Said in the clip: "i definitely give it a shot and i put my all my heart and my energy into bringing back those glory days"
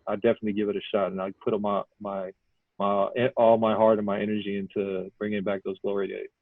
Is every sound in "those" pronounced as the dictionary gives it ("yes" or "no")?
yes